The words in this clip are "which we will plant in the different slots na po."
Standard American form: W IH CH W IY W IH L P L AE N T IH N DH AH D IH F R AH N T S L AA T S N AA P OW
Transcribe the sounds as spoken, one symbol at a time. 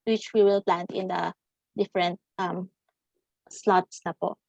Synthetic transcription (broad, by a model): W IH CH W IY W IH L P L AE N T IH N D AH D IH F R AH N T S L AA T S N AA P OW